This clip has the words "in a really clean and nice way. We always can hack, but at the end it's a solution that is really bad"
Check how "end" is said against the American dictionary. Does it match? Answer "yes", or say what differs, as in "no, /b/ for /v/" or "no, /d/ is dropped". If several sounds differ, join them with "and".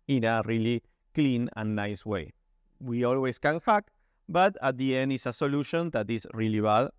yes